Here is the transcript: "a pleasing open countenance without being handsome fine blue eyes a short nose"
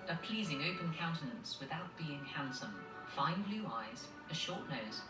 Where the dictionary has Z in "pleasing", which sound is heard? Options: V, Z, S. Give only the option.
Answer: Z